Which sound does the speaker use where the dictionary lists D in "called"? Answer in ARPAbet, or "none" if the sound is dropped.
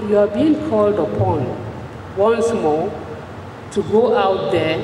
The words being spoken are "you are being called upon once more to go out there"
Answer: D